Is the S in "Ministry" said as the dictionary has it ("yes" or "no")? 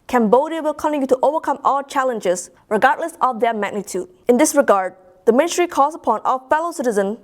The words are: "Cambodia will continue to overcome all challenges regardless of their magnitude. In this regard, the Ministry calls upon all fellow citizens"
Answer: no